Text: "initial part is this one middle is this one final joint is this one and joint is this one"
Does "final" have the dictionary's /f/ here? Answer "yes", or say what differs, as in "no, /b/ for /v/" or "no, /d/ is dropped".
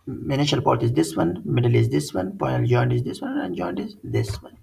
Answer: no, /p/ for /f/